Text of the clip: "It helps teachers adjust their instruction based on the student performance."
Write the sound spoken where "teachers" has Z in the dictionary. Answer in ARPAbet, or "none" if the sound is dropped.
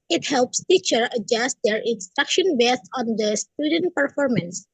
none